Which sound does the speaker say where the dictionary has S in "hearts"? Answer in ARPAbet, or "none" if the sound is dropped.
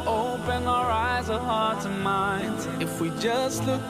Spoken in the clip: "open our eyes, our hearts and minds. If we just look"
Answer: none